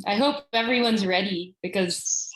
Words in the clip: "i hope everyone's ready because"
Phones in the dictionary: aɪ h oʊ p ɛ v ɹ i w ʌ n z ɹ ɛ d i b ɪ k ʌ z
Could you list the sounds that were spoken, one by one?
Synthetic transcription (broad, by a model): aɪ h oʊ p ɛ v ɹ i w ʌ n z ɹ ɛ d i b ɪ k ʌ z